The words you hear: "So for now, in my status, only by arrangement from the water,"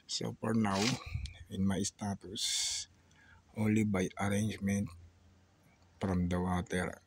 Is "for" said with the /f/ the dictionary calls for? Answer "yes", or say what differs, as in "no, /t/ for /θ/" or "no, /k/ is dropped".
no, /p/ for /f/